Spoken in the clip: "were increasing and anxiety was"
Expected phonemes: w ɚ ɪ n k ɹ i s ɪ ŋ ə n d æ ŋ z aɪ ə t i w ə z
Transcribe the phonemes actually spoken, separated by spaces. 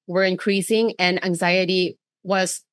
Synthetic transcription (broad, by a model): w ɚ ɪ n k ɹ i s ɪ ŋ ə n æ ŋ z aɪ ə t i w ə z